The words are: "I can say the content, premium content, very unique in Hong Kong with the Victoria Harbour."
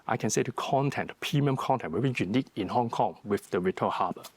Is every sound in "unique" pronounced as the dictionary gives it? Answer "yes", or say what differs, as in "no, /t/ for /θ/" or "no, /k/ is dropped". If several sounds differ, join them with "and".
yes